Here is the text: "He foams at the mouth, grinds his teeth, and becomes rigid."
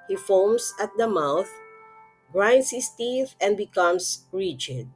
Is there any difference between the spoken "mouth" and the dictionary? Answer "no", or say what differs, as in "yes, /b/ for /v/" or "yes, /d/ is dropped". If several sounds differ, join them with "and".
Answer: no